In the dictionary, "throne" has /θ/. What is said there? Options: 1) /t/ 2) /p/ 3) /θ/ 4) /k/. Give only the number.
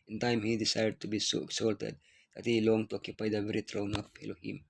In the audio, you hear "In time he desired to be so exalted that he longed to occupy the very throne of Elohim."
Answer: 1